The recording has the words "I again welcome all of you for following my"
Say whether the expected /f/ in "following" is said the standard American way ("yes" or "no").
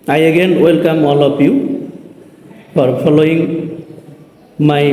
no